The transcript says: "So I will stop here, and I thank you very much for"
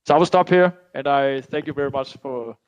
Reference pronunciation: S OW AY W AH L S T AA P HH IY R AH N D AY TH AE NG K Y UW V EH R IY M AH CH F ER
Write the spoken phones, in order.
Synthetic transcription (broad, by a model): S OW AY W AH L S T AA P HH IY R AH N AY TH AE NG K Y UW V EH R IY M AH CH F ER